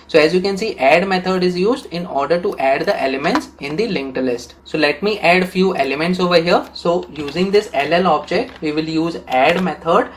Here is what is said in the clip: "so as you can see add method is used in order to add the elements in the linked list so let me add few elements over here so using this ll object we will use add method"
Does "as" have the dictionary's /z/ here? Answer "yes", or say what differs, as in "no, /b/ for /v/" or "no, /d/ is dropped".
yes